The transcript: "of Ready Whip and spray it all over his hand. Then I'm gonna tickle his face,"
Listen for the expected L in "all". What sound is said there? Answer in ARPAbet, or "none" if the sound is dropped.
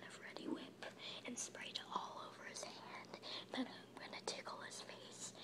L